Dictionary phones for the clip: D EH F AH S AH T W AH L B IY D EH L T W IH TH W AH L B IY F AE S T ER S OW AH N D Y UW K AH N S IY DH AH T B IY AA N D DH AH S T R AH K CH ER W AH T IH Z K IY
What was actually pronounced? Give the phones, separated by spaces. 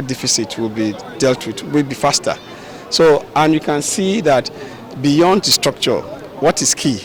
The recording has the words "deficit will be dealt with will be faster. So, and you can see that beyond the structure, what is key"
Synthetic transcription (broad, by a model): D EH F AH S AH T W AH L B IY D EH L T W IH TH W AH L B IY F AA S T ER S OW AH N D Y UW K AH N S IY DH AH T B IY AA N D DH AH S T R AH K CH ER W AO T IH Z K IY